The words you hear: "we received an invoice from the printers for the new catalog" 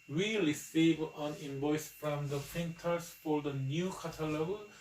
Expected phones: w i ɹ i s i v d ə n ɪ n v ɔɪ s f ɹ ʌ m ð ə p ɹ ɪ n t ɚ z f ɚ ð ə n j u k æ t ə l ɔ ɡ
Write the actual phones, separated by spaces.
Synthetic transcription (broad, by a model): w i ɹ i s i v ə n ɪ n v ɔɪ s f ɹ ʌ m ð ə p ɪ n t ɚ s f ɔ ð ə n j u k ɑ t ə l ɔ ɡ